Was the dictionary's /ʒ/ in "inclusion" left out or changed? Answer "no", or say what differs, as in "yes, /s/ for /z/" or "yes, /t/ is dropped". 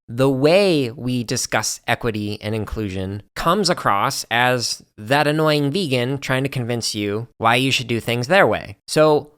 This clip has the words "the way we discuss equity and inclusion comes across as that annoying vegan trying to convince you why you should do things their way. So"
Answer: no